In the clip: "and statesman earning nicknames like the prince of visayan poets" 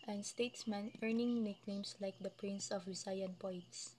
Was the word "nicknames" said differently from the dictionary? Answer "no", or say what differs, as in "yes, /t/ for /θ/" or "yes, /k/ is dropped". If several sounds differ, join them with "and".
yes, /s/ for /z/